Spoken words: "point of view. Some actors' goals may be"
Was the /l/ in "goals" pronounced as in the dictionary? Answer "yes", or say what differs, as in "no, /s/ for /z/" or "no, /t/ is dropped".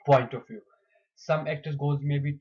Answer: no, /l/ is dropped